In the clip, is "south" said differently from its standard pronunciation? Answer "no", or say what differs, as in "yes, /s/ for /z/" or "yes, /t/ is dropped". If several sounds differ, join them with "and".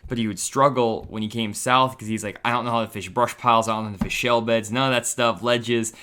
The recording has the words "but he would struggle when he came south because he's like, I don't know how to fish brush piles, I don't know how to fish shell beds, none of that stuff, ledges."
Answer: no